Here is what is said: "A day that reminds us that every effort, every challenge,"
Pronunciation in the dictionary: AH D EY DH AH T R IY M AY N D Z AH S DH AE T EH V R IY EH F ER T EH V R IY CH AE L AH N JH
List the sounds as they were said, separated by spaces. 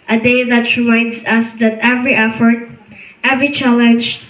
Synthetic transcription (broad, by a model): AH D EY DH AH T R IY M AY N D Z AH S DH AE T EH V R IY EH F ER T EH V R IY CH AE L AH N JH